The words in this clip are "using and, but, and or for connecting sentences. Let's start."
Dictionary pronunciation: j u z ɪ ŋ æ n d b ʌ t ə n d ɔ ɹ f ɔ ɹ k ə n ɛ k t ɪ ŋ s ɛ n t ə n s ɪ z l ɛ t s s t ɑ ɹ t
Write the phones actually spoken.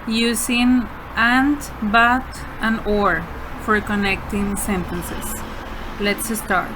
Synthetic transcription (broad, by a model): j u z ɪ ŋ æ n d b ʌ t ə n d ɔ ɹ f ɔ ɹ k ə n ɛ k t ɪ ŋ s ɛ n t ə n s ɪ s l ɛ t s s t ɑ ɹ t